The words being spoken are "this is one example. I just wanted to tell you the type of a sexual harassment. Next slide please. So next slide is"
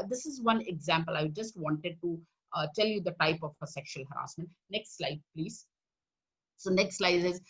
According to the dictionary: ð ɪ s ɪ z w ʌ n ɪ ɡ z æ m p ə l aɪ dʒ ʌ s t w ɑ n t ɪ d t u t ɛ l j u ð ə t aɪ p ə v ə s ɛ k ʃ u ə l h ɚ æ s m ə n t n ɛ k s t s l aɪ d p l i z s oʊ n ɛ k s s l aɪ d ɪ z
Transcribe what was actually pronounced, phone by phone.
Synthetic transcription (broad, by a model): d ɪ s ɪ z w ʌ n ɪ ɡ z æ m p ə l aɪ dʒ ʌ s t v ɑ n t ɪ d t u t ɛ l j u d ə t aɪ p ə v ə s ɛ k ʃ u ə l h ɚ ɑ s m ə n t n ɛ k s t s l aɪ d p l i z s oʊ n ɛ k s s l aɪ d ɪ z